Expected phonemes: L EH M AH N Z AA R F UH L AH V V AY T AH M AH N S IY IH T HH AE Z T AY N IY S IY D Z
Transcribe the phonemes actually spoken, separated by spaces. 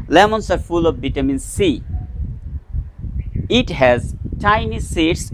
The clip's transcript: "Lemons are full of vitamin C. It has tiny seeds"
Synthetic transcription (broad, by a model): L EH M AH N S AA R F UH L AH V B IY T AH M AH N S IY IH T HH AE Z T AY N IY S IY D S